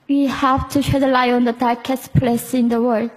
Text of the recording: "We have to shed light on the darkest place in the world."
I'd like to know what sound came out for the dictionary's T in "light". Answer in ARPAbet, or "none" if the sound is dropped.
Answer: none